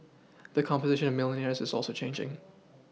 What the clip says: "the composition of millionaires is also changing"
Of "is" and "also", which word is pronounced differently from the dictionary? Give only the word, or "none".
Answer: none